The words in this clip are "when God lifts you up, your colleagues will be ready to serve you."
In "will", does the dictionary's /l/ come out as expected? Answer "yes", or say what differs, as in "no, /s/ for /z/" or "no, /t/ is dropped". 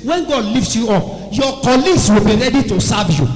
yes